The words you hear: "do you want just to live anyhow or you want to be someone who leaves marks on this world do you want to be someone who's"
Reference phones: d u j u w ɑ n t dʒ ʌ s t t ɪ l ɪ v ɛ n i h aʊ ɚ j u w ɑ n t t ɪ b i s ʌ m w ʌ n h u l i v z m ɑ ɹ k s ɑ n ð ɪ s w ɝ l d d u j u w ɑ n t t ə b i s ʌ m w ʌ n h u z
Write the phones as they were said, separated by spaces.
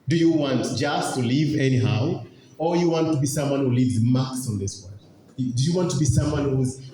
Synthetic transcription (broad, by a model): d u j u w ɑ n t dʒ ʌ s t t ɪ l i v ɛ n i h aʊ ɚ j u w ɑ n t t ɪ b i s ʌ m w ʌ n h u l i v z m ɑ k s n ð ɪ s w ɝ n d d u j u w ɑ n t t ə b i s ʌ m w ʌ n h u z